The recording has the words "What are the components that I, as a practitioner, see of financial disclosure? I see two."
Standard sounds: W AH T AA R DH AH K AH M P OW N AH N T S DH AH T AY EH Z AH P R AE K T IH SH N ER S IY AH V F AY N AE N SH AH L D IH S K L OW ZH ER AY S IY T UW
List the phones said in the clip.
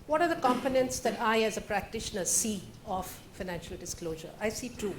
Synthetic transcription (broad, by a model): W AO T AA R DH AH K AH M P OW N AH N T S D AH T AY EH Z AH P R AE K T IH SH N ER S IY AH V F AY N AE N SH AH L D IH S K L OW ZH ER AY S IY T UW